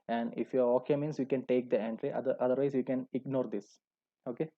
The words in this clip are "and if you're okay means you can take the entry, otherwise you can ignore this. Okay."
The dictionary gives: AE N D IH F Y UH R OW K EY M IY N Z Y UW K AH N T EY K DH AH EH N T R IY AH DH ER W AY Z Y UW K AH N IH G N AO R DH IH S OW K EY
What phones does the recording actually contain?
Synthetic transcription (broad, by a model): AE N D IH F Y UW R OW K EY M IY N S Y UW K AH N T EY K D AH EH N T R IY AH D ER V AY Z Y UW K AH N IH G N AO R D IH S OW K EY